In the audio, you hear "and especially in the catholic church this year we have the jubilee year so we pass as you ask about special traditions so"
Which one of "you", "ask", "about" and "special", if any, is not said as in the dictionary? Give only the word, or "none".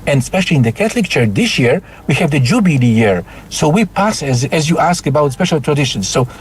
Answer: none